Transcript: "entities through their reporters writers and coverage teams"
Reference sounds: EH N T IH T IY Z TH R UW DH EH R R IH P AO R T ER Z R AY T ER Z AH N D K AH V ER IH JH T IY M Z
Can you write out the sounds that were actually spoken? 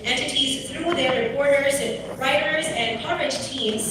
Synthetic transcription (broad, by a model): EH N T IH T IY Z TH R UW DH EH R R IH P AO R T ER Z R AY T ER Z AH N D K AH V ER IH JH T IY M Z